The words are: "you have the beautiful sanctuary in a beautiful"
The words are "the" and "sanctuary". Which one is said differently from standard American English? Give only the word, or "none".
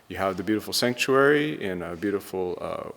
none